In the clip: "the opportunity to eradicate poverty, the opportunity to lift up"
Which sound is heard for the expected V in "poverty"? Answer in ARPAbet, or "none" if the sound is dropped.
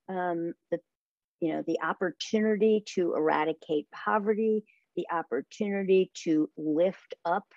V